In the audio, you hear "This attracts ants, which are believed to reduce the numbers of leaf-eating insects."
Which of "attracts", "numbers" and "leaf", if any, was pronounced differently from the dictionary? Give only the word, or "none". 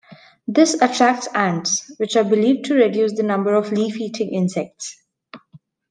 numbers